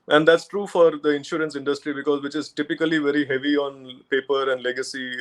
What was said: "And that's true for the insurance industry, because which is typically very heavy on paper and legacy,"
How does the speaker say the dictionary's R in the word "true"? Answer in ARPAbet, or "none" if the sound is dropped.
R